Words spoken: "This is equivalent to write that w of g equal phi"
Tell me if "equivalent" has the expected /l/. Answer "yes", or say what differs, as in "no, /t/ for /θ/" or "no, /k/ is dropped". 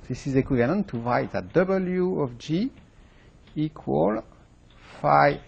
no, /n/ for /l/